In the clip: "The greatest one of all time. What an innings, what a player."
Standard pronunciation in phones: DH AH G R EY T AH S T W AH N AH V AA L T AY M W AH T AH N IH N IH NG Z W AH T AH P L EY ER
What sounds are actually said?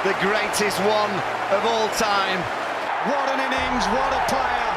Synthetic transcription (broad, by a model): DH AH G R EY T AH S T W AH N AH V AA L T AY M W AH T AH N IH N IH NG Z W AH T AH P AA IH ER